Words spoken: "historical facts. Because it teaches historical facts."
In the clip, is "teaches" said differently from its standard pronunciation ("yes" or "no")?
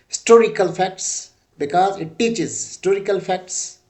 no